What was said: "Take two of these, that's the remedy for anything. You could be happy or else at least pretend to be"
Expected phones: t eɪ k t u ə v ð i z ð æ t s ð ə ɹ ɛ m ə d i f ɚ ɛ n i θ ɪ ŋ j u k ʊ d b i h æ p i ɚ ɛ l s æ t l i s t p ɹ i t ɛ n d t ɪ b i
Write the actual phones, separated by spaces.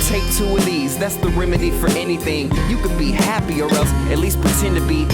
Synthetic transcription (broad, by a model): t eɪ k t u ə ð i z ð æ t s ð ə ɹ ɛ m ə d i f ɚ ɛ n i θ ɪ ŋ j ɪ k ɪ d b i h æ p i ɚ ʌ s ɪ t l i s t p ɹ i t ɛ n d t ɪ b i